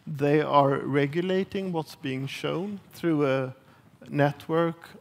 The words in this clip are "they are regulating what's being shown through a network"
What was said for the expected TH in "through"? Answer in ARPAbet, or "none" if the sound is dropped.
TH